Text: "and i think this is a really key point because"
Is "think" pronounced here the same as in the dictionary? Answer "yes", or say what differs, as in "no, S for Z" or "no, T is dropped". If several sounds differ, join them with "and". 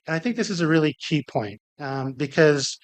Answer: yes